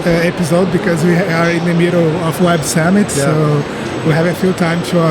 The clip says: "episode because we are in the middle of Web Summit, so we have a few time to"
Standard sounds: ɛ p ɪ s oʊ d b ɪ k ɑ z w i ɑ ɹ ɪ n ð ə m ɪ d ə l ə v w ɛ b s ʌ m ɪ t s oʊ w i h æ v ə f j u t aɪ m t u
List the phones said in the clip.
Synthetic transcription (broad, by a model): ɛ p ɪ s oʊ d b ɪ k ɑ z w i ɑ ɹ ɪ n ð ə m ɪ d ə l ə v w ɛ b s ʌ m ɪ t s oʊ w i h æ v ə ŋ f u t aɪ m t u